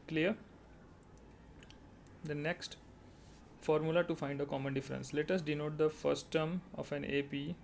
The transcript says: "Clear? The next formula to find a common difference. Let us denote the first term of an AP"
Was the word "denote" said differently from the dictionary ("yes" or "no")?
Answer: no